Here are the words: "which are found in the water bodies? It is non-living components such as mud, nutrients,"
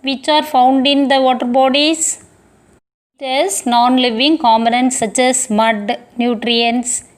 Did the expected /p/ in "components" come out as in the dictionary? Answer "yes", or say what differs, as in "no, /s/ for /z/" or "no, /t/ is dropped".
no, /p/ is dropped